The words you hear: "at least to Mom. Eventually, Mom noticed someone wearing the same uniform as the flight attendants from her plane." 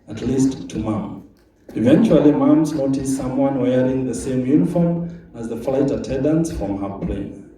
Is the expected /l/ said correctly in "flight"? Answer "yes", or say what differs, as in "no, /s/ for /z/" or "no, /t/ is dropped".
yes